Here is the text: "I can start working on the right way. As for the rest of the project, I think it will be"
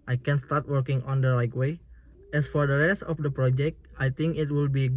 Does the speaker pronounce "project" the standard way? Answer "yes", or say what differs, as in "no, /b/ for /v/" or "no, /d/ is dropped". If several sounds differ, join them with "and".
yes